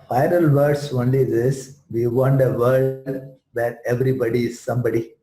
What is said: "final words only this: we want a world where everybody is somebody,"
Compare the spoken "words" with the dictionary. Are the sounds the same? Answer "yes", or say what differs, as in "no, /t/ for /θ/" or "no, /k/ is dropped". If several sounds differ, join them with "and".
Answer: no, /s/ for /z/